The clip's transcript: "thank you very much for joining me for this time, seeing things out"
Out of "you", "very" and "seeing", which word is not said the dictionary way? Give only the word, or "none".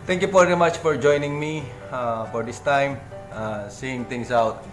very